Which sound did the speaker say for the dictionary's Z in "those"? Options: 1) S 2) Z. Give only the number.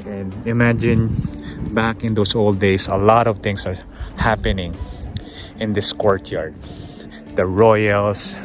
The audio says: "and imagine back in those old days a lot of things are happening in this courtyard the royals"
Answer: 1